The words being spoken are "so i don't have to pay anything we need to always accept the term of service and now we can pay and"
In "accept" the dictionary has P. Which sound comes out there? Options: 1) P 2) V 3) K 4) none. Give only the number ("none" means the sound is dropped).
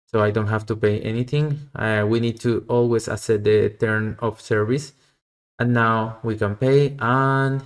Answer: 4